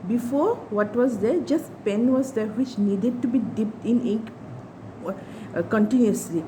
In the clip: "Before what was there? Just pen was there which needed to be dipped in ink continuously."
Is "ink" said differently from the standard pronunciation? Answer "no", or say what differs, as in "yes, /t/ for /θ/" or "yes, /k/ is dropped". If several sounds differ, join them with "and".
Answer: yes, /ŋ/ is dropped